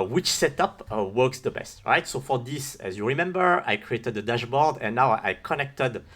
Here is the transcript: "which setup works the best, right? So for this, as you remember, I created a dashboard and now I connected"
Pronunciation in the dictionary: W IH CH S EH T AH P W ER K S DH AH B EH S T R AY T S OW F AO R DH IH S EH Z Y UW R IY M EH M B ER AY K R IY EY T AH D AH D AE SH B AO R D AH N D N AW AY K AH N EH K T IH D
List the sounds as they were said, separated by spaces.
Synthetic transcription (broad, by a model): W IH CH S EH T AH P W ER K S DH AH B EH S T R AY T S OW F AO R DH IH S EH Z Y UW R IY M EH M B ER AY K R IY EY T AH D AH D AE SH B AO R D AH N N AW AY K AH N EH K T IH D